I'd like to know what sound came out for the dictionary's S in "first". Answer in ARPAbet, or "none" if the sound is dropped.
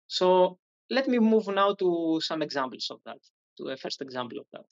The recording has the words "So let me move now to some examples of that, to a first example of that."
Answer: S